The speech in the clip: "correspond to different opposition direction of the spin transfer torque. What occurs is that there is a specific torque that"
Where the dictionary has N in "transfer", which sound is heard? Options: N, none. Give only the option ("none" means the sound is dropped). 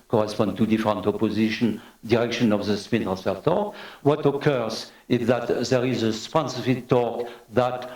none